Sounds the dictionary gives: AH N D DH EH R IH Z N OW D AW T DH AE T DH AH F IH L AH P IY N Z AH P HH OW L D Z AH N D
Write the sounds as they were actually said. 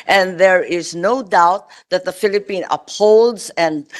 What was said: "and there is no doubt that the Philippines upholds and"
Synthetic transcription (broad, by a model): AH N DH EH R IH Z N OW D AW T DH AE T DH AH F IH L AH P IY N AH P HH OW L D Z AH N D